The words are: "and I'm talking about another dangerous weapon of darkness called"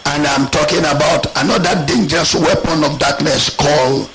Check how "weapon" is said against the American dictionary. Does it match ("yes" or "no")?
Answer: yes